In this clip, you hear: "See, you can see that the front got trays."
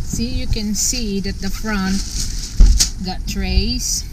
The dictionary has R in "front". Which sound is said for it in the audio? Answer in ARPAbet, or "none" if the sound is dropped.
R